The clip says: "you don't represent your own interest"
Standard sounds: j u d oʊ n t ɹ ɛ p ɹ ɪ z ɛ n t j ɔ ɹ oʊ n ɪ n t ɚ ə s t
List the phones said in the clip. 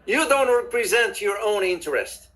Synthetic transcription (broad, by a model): j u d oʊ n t ɹ ɛ p ɹ ɪ z ɛ n t j ɔ ɹ oʊ n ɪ n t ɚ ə s t